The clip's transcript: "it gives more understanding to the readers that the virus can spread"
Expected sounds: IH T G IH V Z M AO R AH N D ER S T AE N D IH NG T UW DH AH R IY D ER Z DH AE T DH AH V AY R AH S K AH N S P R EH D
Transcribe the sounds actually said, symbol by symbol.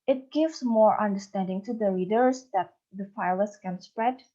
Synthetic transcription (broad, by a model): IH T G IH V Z M AO R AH N D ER S T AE N D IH NG T UW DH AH R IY D ER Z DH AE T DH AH F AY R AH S K AH N S P R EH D